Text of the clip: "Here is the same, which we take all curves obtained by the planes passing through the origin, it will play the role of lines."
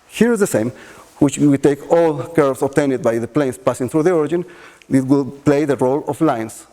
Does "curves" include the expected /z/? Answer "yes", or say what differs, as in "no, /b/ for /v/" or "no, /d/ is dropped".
no, /s/ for /z/